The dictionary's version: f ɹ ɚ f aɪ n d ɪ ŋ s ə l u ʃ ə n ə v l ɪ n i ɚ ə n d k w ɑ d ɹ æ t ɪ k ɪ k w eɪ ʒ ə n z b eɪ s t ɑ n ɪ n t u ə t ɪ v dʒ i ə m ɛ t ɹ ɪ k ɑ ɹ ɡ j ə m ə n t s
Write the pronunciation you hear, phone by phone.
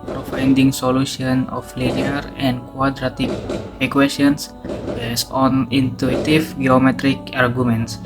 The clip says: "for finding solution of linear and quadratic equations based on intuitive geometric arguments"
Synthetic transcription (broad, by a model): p ɹ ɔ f aɪ n d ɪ ŋ s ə l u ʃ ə n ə f l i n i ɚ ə n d k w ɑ d ɹ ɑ t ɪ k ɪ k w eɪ s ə n s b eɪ s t ɑ n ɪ n t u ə t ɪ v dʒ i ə m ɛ t ɹ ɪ k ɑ ɹ ɡ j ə m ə n t s